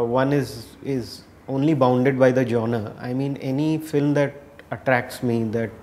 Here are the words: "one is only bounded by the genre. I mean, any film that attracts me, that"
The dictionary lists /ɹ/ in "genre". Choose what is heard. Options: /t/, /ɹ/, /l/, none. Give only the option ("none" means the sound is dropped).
none